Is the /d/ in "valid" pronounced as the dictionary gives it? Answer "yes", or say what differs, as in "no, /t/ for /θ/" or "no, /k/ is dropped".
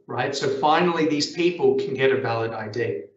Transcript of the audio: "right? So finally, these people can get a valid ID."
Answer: yes